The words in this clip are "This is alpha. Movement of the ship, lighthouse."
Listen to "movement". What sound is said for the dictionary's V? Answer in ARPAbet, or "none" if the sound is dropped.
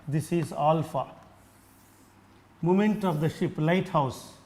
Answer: none